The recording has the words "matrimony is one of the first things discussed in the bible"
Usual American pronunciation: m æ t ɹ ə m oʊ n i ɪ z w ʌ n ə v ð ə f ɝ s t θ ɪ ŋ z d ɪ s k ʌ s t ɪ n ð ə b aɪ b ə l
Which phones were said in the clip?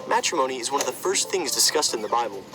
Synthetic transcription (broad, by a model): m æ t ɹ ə m oʊ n i ɪ z w ʌ n ə v ð ə f ɝ s t θ ɪ ŋ z d ɪ s k ʌ s t ɪ n ð ə b aɪ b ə l